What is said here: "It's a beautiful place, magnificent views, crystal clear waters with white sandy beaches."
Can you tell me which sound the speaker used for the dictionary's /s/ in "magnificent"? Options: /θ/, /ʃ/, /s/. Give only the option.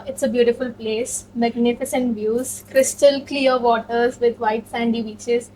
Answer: /s/